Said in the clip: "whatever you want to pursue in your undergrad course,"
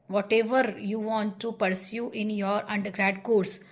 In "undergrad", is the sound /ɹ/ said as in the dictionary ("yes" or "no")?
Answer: yes